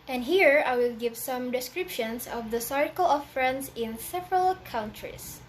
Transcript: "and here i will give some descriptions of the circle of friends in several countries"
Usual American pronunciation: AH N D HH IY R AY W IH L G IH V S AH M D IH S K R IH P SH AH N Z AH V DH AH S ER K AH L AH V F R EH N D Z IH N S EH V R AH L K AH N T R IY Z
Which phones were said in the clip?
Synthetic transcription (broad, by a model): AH N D HH IY R AY W IH L G IH V S AH M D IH S K R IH P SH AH N S AH V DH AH S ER K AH L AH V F R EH N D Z IH N S EH V R AH L K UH N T R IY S